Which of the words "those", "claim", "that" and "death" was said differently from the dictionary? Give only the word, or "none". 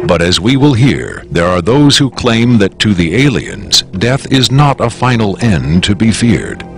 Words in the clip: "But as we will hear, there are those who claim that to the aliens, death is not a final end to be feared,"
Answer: none